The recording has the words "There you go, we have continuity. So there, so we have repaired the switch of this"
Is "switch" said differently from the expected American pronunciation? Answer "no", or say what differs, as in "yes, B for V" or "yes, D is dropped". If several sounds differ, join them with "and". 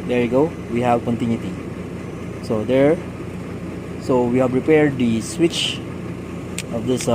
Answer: no